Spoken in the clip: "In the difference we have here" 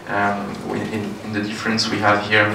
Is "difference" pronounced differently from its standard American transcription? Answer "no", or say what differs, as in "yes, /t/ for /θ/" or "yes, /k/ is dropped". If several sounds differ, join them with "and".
no